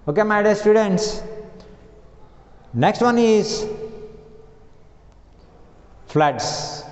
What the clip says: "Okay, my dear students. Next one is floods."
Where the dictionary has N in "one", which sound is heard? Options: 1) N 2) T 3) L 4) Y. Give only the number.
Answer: 1